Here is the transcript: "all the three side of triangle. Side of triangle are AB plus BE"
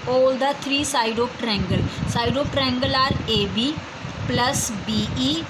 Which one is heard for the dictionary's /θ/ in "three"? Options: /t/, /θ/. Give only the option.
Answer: /t/